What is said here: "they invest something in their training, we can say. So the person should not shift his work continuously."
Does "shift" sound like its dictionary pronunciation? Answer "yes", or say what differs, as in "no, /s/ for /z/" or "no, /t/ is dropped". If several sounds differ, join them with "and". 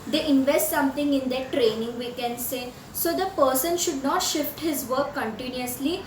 yes